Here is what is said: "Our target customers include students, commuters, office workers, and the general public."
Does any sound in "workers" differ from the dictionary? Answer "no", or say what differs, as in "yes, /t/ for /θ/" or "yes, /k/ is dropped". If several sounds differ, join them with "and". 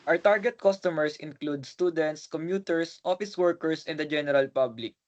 yes, /s/ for /z/